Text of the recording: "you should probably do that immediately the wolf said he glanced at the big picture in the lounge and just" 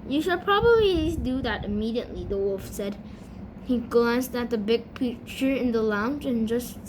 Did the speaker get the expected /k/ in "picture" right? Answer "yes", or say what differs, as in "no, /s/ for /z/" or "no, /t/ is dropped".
no, /k/ is dropped